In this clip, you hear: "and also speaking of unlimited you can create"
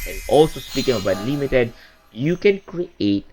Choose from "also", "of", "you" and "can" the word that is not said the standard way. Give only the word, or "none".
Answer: of